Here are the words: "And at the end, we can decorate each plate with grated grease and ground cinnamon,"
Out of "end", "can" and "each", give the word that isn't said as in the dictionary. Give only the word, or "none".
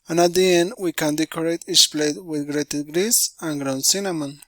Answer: each